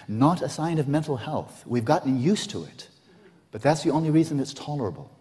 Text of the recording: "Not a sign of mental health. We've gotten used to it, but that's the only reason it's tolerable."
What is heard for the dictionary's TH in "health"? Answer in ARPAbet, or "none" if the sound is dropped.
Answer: TH